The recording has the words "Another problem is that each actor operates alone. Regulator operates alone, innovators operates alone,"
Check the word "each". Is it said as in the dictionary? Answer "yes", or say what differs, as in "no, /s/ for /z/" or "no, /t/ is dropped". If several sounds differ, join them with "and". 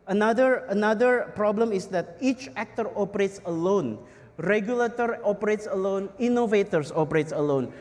yes